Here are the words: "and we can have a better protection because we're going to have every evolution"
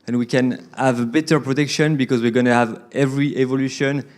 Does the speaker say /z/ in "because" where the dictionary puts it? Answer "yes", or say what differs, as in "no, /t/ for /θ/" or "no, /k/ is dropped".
yes